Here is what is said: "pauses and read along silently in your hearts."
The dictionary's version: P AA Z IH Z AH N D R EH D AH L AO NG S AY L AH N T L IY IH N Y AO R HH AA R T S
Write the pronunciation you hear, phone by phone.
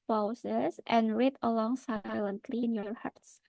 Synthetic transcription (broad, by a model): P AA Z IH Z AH N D R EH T AH L AO NG S AY L AH N T L IY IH N Y AO R HH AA R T S